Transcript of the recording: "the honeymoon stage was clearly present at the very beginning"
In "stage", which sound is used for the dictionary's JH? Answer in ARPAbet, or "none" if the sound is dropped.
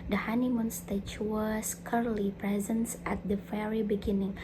CH